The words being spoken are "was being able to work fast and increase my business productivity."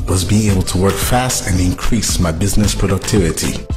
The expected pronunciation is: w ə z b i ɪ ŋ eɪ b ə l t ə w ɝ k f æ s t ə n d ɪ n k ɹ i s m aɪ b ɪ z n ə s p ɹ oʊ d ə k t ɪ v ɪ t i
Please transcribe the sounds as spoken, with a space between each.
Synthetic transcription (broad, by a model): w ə z b i ɪ ŋ eɪ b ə l t ə w ɝ k f æ s t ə n ɪ n k ɹ i s m aɪ b ɪ z n ə s p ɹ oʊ d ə k t ɪ v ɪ t i